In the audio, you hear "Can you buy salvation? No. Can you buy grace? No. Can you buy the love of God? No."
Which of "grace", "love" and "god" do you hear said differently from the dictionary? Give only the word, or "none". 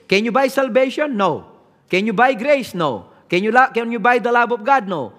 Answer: love